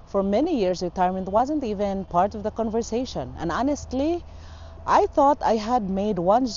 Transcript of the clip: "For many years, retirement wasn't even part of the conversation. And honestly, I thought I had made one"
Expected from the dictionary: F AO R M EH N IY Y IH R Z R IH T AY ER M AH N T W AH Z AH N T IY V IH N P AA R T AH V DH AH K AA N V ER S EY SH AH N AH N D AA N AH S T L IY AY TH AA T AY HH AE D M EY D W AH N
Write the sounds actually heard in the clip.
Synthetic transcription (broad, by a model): F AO R M EH N IY Y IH R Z R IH T AY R M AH N T W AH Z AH N T IY V IH N P AA R T AH V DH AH K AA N V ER S EY SH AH N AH N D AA N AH S T L IY AY TH AA T AY HH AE D M EY D W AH N